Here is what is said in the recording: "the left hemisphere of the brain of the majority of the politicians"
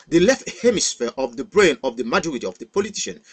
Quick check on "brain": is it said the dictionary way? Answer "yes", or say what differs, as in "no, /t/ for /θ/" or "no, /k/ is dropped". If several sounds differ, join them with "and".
yes